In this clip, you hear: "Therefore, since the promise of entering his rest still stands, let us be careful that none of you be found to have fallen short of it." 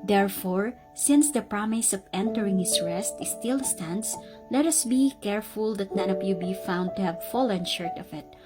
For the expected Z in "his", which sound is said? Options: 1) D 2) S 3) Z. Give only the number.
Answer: 2